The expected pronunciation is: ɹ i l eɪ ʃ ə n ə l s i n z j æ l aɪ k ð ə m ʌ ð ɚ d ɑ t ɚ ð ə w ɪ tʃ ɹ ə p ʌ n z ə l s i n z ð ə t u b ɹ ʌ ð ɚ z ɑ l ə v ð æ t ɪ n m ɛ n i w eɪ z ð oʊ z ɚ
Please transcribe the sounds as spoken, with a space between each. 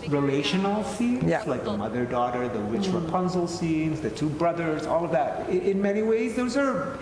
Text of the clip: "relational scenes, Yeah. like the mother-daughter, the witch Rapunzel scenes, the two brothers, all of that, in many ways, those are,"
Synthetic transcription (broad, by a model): ɹ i l eɪ ʃ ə n l s i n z l aɪ k ð ə m ʌ ð ɚ d ɑ t ɚ ð ə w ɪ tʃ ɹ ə p ʌ n z l s i n z ð ə t u b ɹ ʌ ð ɚ z ɑ l ə v ð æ t ɪ n m ɛ n i w eɪ z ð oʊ z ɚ